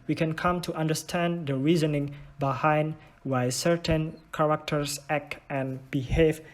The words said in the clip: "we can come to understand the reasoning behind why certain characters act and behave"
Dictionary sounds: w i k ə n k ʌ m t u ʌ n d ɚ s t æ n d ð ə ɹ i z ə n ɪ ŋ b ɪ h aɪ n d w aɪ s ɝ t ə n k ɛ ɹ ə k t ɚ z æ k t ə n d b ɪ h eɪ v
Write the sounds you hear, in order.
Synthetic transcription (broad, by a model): w i k ə n k ʌ m t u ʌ n d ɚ s t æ n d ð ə ɹ i z ə n ɪ ŋ b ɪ h aɪ n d w aɪ s ɝ t ə n k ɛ ɹ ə k t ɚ s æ k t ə n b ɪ h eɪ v